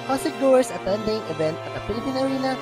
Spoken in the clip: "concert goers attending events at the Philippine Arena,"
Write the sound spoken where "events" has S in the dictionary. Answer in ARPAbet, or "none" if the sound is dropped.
none